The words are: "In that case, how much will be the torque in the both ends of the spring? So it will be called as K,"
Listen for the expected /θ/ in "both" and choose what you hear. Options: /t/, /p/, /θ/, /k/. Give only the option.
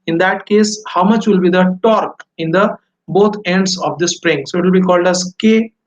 /t/